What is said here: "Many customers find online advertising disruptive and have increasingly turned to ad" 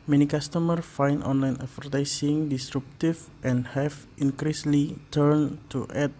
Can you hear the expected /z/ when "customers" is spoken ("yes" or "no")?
no